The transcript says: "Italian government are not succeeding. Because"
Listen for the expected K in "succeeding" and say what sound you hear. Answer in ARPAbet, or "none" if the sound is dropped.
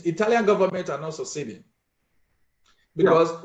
none